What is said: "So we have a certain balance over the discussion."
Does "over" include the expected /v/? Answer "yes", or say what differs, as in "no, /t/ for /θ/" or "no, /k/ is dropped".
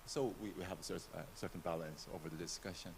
yes